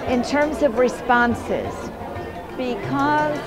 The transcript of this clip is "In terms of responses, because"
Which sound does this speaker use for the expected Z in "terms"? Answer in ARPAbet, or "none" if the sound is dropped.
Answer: Z